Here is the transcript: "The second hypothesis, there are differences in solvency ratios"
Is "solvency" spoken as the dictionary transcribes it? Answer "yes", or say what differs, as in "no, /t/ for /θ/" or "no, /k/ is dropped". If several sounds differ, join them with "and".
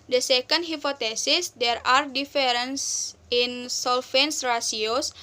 no, /f/ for /v/